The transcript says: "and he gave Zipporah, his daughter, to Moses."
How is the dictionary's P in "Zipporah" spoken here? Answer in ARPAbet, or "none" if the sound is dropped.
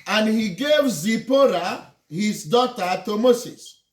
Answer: P